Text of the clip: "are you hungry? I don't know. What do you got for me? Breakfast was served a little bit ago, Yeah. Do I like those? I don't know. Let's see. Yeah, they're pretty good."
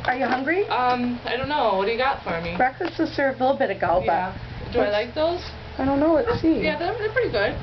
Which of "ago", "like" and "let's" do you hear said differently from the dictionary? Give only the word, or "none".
let's